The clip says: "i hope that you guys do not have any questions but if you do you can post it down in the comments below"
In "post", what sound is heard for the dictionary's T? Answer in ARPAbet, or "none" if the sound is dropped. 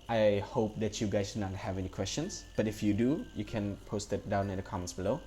T